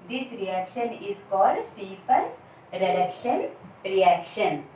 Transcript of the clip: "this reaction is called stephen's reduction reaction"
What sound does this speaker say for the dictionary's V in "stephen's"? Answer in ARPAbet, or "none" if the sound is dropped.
F